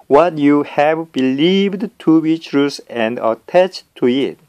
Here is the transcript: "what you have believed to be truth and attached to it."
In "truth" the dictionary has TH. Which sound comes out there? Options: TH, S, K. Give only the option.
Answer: S